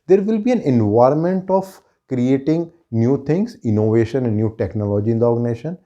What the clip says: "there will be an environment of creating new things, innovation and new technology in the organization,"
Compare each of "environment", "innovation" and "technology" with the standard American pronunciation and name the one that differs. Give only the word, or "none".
none